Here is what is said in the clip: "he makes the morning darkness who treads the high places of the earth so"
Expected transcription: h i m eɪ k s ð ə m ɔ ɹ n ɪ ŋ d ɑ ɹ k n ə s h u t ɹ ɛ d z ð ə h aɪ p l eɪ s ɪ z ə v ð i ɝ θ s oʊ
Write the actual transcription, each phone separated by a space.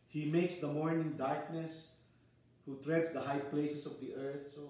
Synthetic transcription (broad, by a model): h i m eɪ k s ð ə m ɔ ɹ n ɪ ŋ d ɑ ɹ k n ə s h u t ɹ ɛ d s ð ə h aɪ p l eɪ s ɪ s ə v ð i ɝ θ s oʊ